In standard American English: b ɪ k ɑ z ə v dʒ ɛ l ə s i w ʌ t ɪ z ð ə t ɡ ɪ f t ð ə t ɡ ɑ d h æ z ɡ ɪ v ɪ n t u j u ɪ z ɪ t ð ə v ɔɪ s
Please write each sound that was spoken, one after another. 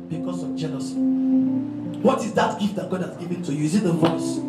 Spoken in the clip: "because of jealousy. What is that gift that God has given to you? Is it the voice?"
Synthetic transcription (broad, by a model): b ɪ k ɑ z ə v dʒ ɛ n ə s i w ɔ t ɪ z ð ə t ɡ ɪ f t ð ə t ɡ ɑ d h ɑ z ɡ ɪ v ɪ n t u j u ɪ z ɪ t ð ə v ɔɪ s